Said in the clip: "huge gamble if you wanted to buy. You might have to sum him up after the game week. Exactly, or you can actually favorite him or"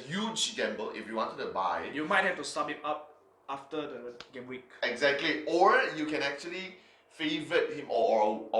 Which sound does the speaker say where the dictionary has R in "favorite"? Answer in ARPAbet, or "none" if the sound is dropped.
none